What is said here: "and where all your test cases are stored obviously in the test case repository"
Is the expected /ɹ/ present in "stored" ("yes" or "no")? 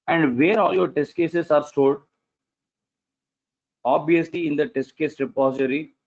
no